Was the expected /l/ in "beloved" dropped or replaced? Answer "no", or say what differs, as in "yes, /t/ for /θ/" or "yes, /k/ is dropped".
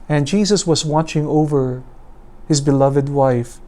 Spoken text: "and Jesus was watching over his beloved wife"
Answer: no